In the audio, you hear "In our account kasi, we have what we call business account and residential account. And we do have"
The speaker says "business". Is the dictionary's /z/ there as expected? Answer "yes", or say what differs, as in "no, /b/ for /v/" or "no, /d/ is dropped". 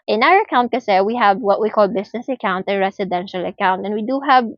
no, /s/ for /z/